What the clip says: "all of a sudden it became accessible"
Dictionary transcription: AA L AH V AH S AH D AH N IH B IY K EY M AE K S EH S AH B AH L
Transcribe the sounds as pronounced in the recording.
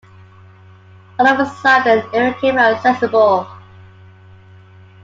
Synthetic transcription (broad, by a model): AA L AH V AH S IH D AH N IH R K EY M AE S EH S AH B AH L